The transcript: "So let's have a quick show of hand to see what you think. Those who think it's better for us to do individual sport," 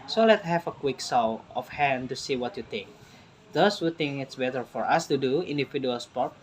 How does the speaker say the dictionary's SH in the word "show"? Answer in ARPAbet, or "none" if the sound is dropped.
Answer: S